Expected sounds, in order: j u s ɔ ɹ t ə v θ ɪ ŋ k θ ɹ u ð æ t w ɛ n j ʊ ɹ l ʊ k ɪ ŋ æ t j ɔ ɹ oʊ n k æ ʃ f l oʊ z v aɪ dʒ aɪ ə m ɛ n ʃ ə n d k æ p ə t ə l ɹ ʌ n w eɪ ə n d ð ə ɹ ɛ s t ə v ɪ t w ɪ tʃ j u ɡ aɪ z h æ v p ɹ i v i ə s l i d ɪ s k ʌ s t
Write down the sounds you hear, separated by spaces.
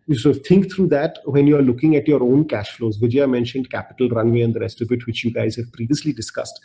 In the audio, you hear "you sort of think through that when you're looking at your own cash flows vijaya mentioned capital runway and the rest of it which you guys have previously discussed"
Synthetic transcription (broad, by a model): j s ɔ t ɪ ŋ k t ɹ u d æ t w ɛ n j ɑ ɹ l ʊ k ɪ ŋ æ t j ɔ ɹ oʊ n k æ ʃ f l oʊ z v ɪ dʒ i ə m ɛ n ʃ ə n d k æ p ə t ə l ɹ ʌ n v eɪ ə n d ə ɹ ɛ s t ə v ɪ t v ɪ tʃ j u ɡ aɪ z h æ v p ɹ i v i ə s l i d ɪ s k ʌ s t